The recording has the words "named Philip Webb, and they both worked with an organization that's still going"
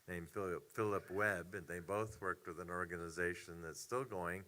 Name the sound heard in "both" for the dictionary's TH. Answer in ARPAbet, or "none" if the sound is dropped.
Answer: TH